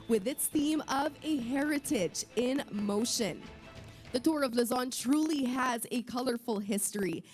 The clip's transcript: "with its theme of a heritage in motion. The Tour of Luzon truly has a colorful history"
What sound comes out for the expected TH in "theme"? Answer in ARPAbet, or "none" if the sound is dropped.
TH